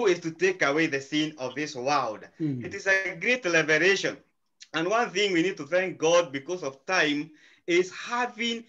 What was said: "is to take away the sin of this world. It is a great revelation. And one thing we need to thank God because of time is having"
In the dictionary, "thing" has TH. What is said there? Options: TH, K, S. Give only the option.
TH